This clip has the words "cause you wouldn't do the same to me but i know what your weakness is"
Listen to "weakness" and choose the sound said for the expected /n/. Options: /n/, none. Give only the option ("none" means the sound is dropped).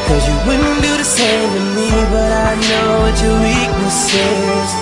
none